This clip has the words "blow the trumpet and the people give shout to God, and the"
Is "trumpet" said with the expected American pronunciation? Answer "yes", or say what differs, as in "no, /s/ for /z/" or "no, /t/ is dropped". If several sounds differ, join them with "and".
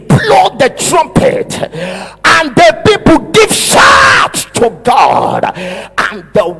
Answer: yes